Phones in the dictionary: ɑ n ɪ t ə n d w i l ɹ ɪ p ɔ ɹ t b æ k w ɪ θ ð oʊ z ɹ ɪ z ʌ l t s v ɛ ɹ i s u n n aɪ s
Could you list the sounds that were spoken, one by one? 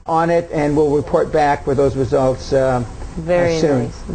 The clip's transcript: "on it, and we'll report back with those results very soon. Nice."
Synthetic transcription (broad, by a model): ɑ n ɪ t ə n w i l ɹ ɪ p ɔ ɹ t b æ k w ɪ ð oʊ z ɹ ɪ z ʌ l t s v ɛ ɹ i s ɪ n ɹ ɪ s